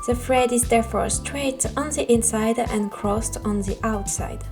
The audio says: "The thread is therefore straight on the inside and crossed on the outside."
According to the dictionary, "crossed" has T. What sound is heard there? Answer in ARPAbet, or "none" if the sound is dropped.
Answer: T